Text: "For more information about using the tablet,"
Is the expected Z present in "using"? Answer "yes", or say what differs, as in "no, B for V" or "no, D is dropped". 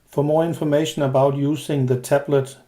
no, S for Z